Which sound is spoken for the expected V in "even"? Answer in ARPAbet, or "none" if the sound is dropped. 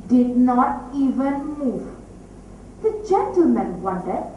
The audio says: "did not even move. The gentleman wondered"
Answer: V